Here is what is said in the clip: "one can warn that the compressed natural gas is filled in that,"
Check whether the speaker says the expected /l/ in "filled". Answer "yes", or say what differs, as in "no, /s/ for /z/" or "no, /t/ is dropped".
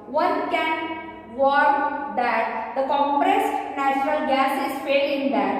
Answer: no, /l/ is dropped